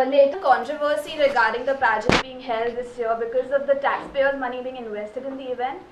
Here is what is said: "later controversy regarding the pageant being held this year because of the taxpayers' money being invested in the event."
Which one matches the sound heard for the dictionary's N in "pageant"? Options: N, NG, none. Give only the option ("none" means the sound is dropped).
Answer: none